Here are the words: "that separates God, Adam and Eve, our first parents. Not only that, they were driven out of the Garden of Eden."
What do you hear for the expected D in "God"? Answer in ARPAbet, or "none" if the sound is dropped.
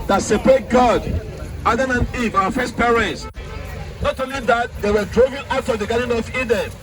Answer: D